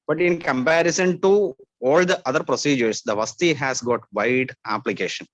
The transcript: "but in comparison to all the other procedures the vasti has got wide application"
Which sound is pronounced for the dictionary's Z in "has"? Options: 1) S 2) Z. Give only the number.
1